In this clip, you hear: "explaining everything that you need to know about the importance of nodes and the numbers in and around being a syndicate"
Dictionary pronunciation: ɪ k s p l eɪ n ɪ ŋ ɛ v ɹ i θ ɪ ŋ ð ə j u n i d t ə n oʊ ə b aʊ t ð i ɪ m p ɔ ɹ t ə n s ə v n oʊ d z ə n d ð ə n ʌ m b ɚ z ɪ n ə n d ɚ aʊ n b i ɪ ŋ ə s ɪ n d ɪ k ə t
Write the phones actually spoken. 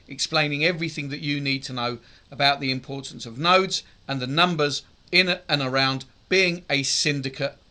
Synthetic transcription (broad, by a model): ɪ k s p l eɪ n ɪ ŋ ɛ v ɹ i θ ɪ ŋ ð ə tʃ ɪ n i d t ə n oʊ ə b aʊ t ð i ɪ m p ɔ ɹ t n s ə v n oʊ d z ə n ð ə n ʌ m b ɚ z ɪ n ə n ɚ aʊ n b i ɪ ŋ ə s ɪ n d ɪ k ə t